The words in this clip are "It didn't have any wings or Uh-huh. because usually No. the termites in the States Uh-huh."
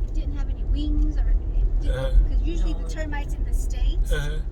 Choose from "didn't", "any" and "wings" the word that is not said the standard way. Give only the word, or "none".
none